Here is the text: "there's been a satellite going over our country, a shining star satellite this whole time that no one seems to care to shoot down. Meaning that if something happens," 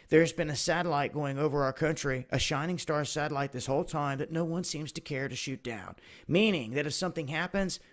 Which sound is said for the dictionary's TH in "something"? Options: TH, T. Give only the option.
TH